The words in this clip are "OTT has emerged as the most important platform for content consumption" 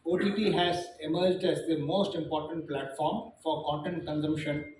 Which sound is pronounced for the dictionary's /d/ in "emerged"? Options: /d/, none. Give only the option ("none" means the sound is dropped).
/d/